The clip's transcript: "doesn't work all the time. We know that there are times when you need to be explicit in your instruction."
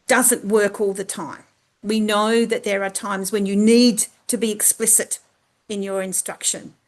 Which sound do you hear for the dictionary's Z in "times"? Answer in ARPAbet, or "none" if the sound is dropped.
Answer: Z